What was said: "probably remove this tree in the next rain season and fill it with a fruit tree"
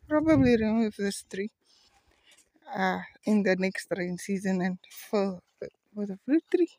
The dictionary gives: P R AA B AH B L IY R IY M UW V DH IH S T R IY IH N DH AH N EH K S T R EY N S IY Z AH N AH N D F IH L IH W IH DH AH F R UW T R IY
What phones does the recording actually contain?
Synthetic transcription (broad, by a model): P R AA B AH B L IY R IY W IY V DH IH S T R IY IH N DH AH N EH K S T R EY N S IY Z AH N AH N F IH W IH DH AH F L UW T R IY